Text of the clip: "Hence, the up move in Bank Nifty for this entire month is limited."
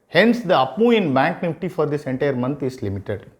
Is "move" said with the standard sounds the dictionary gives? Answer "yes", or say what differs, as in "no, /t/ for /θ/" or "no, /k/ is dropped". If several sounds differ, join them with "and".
no, /v/ is dropped